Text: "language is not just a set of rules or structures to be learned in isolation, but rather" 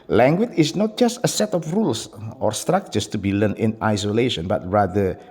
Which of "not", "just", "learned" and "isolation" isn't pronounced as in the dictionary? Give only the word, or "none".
learned